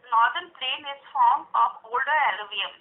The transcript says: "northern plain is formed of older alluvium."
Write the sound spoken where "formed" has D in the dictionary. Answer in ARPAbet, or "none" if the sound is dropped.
none